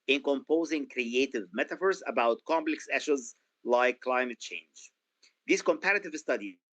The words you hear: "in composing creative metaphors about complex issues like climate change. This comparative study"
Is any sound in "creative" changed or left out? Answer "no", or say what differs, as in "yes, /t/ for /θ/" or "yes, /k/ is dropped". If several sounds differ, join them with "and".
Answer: no